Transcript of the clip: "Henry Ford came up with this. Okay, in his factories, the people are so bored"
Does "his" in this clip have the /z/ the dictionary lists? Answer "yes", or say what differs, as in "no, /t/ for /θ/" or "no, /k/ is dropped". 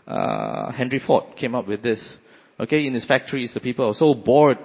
no, /s/ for /z/